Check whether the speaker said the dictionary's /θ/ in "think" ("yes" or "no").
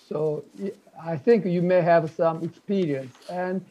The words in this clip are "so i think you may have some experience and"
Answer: yes